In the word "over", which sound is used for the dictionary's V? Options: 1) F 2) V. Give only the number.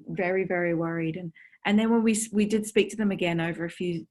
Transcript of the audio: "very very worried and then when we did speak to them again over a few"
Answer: 2